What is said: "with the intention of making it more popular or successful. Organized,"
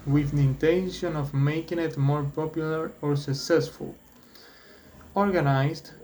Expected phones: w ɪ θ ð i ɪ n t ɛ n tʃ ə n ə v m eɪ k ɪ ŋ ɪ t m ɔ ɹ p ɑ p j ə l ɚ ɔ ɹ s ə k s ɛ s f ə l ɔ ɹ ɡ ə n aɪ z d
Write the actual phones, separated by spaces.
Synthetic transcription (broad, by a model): w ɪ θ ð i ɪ n t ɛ n ʃ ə n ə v m eɪ k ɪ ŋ ɪ t m ɔ ɹ p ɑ p j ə l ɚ ɔ ɹ s ə k s ɛ s f ə l ɔ ɹ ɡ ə n aɪ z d